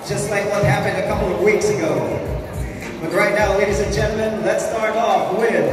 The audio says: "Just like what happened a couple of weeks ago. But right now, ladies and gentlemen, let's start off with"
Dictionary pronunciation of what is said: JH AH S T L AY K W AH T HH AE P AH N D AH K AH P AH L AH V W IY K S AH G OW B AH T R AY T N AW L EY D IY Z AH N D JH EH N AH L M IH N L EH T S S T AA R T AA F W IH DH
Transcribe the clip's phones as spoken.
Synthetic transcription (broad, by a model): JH AH S T L AY K W AH T HH AE P AH N D AH K AH P L AH V W IY K S AH G OW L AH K R AY T N AW L EY D IY Z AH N JH EH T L M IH N L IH T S S T AA R T AA F W IH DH